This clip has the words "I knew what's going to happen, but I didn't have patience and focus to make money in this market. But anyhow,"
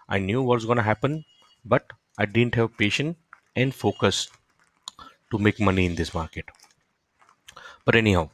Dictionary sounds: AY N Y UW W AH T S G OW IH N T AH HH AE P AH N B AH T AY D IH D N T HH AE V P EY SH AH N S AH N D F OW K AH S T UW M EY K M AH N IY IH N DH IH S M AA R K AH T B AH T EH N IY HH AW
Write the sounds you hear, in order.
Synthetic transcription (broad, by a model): AY N Y UW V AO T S G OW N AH HH AE P AH N B AH T AY D IH D N T HH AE V P EY SH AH N AH N D F OW K AH S T UW M EY K M AH N IY IH N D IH S M AA R K AH T B AH T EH N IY HH AW